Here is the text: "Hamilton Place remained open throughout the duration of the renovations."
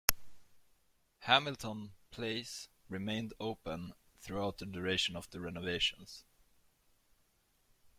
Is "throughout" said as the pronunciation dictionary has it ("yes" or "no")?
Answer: yes